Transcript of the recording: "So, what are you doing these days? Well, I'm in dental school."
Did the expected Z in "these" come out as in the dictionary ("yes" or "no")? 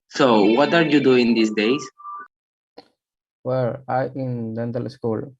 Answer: no